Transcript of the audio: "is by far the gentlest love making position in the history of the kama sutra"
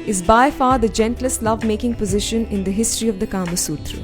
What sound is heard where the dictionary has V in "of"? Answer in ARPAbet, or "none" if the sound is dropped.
V